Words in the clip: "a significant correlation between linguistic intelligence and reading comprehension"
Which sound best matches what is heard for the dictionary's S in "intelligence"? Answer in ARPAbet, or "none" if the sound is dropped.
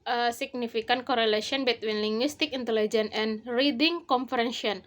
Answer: none